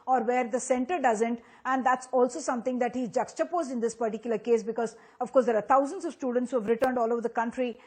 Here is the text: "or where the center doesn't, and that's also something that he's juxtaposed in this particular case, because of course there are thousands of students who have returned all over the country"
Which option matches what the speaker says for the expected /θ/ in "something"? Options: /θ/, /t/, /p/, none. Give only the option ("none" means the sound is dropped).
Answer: /t/